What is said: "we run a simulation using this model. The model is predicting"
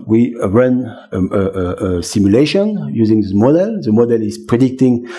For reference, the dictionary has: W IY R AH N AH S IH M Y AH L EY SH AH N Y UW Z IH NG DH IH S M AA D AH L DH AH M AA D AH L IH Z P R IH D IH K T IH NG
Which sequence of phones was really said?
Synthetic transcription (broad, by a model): W IY R AH N AH S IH M Y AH L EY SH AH N Y UW Z IH NG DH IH M AA D AH L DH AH M AA D AH L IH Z P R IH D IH K T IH NG